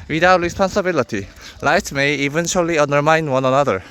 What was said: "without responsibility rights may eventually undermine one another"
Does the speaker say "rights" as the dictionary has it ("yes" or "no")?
no